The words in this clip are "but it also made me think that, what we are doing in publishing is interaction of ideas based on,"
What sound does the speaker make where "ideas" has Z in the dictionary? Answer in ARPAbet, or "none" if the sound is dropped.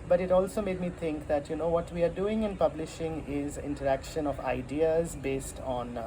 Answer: Z